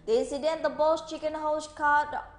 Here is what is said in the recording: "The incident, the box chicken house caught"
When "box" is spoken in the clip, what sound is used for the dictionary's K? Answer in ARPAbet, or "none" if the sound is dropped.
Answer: none